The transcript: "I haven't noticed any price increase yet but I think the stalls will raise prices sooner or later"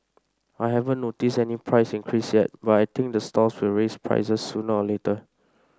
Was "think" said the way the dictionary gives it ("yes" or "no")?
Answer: no